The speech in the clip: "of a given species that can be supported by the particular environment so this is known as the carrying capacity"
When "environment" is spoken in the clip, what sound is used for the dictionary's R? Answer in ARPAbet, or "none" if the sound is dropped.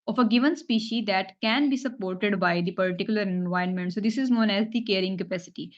none